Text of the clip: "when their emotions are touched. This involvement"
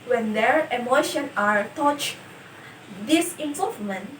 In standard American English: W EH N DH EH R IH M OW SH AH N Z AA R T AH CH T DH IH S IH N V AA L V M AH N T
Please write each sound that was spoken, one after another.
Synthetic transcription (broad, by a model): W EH N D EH R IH M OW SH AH N AA R T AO CH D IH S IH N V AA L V M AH N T